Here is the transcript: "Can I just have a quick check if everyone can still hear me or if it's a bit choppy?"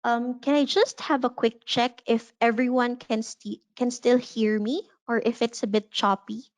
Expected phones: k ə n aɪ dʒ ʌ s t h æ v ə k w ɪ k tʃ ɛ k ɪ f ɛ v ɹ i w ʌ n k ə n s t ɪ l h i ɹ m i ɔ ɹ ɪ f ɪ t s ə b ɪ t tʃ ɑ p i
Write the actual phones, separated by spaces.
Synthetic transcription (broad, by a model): k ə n aɪ dʒ ʌ s t h æ v ə k w ɪ k tʃ ɛ k ɪ f ɛ v ɹ i w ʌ n k ə n s t ɪ l h i ɹ m i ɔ ɹ ɪ f ɪ t s ə b ɪ t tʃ ɑ p i